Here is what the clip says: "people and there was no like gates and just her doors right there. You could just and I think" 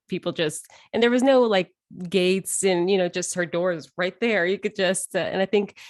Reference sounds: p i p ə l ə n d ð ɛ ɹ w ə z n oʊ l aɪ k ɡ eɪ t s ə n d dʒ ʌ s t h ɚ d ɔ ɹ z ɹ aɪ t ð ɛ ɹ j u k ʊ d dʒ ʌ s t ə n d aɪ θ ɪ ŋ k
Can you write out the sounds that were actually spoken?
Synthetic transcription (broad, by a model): p i p ə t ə n ð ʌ ɹ w ə z n oʊ l aɪ k ɡ eɪ t s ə n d dʒ ʌ s t h ɚ d ɔ ɹ z ɹ aɪ t ð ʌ ɹ j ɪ k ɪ d dʒ ʌ s t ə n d aɪ θ ɪ ŋ k